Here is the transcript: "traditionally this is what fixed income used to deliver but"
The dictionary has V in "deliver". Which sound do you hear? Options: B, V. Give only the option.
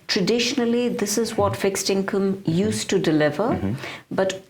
V